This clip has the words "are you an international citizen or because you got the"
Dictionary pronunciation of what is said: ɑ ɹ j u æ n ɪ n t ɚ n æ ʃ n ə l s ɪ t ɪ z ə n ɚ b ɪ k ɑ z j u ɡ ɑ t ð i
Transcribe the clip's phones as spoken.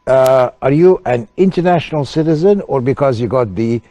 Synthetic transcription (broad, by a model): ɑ ɹ j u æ n ɪ n t ɚ n æ ʃ n ə l s ɪ t ɪ z ə n ɚ b ɪ k ɑ z j u ɡ ɑ t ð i